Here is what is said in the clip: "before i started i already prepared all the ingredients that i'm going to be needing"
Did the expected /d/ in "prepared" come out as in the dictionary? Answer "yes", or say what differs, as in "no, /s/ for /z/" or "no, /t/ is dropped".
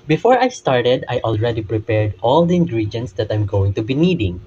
yes